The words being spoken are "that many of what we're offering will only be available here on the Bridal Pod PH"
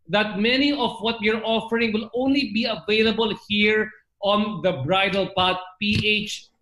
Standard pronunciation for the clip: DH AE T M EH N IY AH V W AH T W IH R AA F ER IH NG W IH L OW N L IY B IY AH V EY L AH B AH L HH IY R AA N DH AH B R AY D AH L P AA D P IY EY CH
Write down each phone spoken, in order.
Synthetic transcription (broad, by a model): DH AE T M EH N IY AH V W AH T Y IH R AA F ER IH NG W IH L OW N L IY B IY AH V EY L AH B AH L HH IY R AA N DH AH B R AY D AH L P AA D P IY EY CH